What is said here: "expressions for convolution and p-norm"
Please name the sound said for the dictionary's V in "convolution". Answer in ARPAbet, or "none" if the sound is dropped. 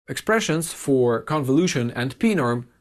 V